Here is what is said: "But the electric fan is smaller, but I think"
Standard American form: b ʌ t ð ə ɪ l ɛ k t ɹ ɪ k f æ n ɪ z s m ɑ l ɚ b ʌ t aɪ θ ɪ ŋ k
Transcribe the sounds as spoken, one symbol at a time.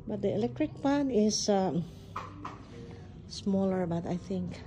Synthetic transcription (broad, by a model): b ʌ t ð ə ɪ l ɛ k t ɹ ɪ k p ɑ n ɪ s s m ɑ l ɚ b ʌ t aɪ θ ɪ ŋ k